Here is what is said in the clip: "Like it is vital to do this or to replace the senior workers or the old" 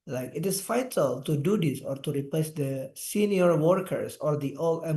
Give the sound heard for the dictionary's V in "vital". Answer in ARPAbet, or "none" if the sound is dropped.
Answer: F